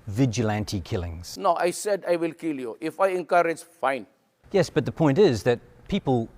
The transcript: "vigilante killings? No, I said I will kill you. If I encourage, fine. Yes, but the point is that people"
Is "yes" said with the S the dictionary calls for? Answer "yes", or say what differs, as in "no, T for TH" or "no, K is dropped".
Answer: yes